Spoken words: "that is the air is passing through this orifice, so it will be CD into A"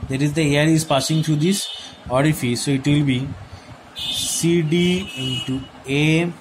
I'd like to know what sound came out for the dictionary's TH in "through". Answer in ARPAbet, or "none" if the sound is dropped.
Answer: T